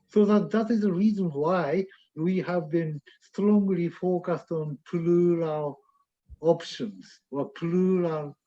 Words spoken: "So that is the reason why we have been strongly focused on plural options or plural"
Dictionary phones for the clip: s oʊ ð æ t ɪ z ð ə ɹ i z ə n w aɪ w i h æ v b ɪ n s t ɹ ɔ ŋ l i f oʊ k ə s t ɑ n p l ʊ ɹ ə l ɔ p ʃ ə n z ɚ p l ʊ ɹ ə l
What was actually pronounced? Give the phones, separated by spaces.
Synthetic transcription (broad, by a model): s oʊ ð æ t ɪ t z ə ɹ i z ə n w aɪ w i h æ v b ɪ n s t ɹ ɔ ŋ l i f oʊ k ə s t ɑ n p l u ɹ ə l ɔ p ʃ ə n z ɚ p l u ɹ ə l